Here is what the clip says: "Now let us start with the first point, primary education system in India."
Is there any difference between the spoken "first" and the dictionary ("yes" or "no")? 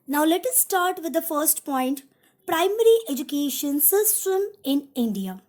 no